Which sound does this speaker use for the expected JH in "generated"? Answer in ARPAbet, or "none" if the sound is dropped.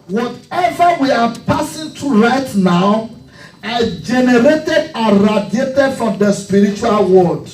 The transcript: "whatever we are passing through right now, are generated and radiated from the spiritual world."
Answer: JH